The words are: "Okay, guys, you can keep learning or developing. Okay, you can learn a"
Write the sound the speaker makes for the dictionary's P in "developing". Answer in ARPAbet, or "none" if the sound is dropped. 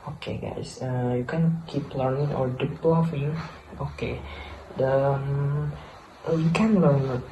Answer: F